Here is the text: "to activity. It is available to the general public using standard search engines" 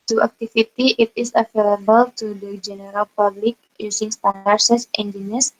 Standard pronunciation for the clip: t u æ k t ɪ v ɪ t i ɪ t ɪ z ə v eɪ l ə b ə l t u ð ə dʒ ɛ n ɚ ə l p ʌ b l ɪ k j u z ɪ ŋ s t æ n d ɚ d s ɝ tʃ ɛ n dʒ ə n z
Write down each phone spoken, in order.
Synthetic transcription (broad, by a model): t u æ k t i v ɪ t i ɪ t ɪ s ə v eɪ l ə b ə l t u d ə dʒ ɛ n ɚ ə l p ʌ b l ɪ k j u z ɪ ŋ s t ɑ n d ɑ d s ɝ s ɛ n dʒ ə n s